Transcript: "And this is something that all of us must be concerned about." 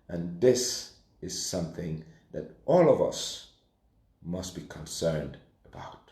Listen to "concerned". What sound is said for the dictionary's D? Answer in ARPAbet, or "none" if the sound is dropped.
D